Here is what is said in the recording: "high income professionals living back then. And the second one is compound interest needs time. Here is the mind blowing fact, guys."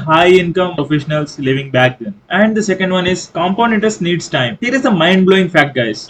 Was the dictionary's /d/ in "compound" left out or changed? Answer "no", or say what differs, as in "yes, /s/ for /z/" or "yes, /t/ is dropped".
yes, /d/ is dropped